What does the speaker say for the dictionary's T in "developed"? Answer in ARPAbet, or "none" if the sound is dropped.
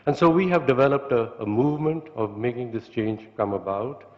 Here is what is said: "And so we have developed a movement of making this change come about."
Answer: T